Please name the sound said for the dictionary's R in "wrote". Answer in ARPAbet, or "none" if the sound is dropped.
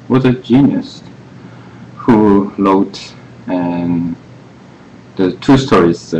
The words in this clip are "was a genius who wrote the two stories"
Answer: L